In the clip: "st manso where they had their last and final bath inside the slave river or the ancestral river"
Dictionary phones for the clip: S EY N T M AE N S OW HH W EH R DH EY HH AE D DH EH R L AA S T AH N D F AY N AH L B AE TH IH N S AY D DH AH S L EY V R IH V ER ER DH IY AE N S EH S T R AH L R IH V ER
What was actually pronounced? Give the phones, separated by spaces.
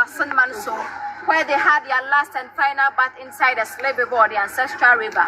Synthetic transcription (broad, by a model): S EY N M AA N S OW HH W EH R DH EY HH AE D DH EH L AA S T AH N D F AY N AH L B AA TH IH N S AY D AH S L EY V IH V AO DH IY AE N S EH S T R AH L R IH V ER